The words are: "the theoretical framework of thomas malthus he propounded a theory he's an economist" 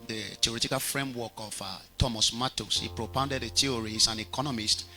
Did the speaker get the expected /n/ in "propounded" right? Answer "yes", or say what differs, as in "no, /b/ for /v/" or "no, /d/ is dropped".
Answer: yes